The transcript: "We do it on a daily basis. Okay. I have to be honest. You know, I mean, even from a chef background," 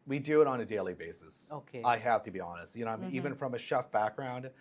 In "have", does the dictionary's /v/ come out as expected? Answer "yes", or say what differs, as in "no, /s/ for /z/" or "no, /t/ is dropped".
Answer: no, /f/ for /v/